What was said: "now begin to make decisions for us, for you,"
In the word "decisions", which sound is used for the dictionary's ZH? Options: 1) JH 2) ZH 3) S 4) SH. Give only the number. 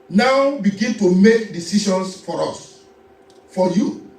4